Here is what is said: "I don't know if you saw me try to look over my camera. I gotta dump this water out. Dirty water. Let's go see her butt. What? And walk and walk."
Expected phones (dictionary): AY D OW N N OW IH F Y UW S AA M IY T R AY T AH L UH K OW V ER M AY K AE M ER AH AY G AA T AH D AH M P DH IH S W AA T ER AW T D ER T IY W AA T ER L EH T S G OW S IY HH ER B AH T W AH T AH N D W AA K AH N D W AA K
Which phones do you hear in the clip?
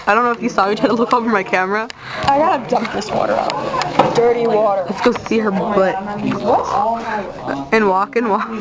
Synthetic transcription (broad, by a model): AY D OW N N OW IH F Y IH S AA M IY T AY T AH L UH K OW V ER M AY K AE M ER AH AY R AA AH D AH M P DH IH S W AA T ER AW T D ER T IY W AA T ER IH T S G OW S IY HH ER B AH AH T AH N W AA K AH N W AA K